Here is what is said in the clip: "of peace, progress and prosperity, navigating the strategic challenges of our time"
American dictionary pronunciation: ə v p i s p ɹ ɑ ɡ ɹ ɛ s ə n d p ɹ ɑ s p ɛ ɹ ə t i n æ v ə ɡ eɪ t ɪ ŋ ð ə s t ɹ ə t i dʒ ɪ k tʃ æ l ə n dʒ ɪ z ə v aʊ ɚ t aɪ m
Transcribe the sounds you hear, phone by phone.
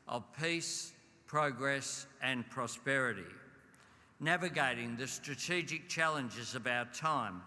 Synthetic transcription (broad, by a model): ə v p i s p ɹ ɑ ɡ ɹ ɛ s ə n p ɹ ɑ s p ɛ ɹ ə t i n æ v ə ɡ eɪ t ɪ ŋ ð ə s t ɹ ə t i dʒ ɪ k tʃ æ l ə n dʒ ɪ z ə v aʊ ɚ t aɪ m